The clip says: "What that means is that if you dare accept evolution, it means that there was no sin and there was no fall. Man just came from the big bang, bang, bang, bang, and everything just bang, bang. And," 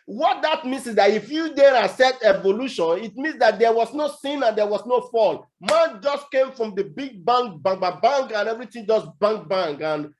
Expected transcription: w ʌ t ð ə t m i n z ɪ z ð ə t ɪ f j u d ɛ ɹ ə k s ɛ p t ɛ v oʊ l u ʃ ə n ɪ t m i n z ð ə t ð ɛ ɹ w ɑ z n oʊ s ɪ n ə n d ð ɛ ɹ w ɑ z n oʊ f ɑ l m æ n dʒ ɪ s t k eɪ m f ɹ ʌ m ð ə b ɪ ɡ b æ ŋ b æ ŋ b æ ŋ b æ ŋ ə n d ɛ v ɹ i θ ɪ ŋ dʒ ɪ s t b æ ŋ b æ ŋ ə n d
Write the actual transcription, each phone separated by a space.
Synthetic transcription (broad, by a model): w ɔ t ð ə t m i n s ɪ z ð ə t ɪ f j u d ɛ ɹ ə s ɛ t ɛ v oʊ l u ʃ ə n ɪ t m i n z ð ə t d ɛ w ɑ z n oʊ s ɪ n ə n d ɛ w ɑ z n oʊ f ɑ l m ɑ n dʒ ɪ s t k eɪ m f ɹ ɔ m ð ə b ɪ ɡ b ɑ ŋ b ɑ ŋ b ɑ b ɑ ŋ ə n ɛ v ɹ i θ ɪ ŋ dʒ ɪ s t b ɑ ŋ b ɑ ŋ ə n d